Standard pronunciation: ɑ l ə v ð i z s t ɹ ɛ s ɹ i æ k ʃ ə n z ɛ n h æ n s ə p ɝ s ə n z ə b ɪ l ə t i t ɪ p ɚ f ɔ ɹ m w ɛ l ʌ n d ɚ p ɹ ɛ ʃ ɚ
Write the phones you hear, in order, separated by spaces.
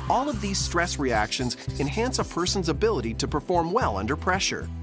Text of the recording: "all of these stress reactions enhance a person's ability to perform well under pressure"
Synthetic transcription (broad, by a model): ɑ l ə v ð i z s t ɹ ɛ s ɹ i æ k ʃ ə n z ɛ n h æ n s ə p ɝ s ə n z ə b ɪ l ə t i t ɪ p ɚ f ɔ ɹ m w ɛ l ʌ n d ɚ p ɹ ɛ ʃ ɚ